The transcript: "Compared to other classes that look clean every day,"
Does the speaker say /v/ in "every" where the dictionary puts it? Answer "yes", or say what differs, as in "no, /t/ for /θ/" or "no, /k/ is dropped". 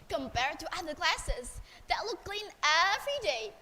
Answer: no, /f/ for /v/